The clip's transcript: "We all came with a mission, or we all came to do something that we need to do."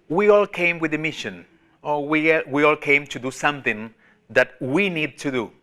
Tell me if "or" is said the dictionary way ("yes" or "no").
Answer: no